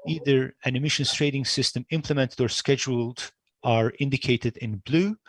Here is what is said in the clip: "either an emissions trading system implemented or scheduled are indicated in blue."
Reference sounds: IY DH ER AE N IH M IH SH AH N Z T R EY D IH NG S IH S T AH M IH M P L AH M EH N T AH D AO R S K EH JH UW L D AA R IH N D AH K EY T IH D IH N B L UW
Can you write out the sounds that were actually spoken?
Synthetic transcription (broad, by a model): IY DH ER AE N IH M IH SH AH N S T R EY D IH NG S IH S T AH M IH M P L AH M EH N T AH D AO R S K EH JH UW L D AA R IH N D AH K EY T IH D IH N B L UW